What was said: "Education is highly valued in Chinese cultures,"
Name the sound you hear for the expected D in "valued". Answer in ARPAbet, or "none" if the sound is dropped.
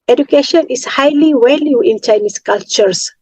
none